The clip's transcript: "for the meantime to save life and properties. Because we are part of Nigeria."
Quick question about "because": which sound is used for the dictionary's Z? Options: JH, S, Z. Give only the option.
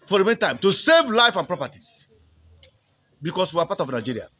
S